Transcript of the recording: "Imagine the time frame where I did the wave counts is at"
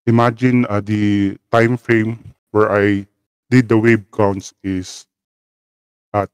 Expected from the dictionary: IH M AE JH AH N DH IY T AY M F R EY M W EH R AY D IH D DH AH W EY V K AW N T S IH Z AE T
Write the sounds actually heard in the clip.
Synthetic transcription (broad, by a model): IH M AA JH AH N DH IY T AY M F R EY M W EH R AY D IH D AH W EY B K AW N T S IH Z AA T